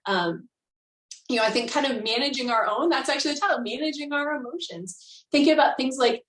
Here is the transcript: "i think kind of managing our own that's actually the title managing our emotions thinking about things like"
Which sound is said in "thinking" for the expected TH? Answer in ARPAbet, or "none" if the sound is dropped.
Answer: TH